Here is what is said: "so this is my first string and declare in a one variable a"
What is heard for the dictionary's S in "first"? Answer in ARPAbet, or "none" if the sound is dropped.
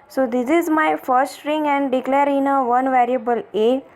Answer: none